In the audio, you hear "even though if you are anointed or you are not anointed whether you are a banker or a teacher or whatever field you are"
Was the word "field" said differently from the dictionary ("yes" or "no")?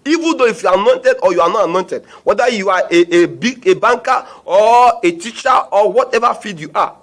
yes